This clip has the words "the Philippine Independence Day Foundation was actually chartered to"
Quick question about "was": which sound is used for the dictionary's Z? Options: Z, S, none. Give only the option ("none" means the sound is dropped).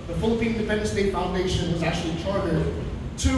Z